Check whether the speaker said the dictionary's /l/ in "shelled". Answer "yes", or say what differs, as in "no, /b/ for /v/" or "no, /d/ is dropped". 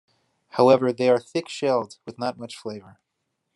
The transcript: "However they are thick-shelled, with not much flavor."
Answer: yes